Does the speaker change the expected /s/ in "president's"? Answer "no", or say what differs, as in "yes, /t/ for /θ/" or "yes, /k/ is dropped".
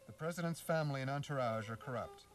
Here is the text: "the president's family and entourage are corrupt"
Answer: no